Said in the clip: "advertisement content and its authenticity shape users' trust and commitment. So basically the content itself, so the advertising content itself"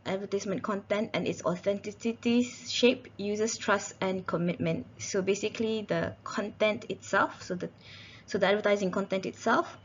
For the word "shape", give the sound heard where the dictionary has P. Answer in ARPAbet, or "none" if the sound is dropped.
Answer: P